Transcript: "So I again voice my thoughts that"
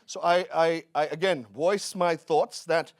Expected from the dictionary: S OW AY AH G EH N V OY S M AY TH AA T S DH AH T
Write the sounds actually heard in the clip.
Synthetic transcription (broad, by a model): S OW AY AH G EH N V OY S M AY TH AA T S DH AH T